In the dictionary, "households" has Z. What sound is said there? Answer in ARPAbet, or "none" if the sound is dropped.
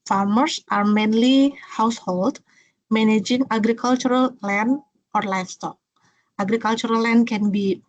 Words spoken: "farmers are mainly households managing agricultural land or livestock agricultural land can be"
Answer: none